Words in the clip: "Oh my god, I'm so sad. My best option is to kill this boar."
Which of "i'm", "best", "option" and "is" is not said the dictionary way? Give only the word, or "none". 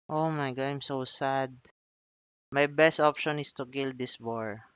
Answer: is